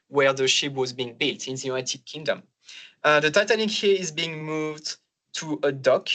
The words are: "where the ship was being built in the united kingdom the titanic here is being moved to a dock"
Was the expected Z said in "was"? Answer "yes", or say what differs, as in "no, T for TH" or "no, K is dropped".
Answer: yes